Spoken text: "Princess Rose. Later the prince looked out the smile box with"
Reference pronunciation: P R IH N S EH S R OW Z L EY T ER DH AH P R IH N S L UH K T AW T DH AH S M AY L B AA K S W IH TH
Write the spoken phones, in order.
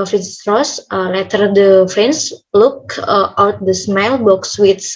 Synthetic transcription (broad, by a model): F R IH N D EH S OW L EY T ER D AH F R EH N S L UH K T AW T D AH S M AY L B AA K S W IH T